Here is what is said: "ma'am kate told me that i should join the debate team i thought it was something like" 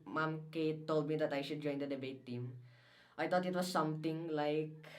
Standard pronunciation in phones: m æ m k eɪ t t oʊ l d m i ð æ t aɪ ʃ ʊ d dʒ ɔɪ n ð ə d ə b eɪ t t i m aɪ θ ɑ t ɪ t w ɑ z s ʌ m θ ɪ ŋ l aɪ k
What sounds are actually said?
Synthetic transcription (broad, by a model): m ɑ m k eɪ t t oʊ l d m i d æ t aɪ ʃ ʊ d dʒ ɔɪ n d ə d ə b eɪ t t i m aɪ t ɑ t ɪ t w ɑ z s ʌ m t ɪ ŋ l aɪ k